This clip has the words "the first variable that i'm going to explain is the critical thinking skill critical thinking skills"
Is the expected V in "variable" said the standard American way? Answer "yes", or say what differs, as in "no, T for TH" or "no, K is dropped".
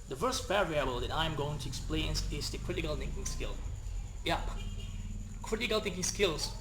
no, B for V